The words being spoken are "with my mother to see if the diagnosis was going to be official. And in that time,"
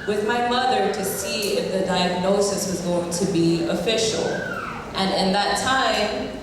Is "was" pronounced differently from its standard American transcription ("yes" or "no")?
no